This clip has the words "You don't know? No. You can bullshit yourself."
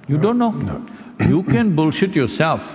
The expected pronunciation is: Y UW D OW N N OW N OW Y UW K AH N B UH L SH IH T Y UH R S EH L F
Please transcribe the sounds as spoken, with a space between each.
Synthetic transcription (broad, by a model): Y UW D OW N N N OW Y UW K AH N B UH L SH IH T Y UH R S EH L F